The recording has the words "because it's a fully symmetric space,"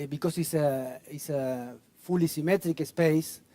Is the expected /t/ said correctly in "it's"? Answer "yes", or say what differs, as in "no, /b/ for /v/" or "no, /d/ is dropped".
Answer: no, /s/ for /t/